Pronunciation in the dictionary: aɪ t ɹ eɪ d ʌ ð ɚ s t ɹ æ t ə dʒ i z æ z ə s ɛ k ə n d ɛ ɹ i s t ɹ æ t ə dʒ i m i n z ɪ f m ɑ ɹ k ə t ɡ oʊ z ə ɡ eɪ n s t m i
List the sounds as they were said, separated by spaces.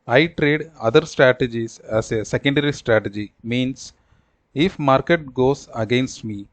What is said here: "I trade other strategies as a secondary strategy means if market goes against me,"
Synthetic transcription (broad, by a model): aɪ t ɹ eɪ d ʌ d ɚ s t ɹ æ t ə dʒ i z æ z ə s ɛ k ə n d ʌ ɹ i s t ɹ æ t ə dʒ i m i n s ɪ f m ɑ ɹ k ə t ɡ oʊ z ə ɡ eɪ n s t m i